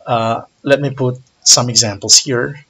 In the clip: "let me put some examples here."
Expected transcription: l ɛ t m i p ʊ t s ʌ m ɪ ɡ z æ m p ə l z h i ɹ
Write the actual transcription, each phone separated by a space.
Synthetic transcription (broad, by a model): l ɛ t m i p ʊ t s ʌ m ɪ ɡ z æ m p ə l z h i ɹ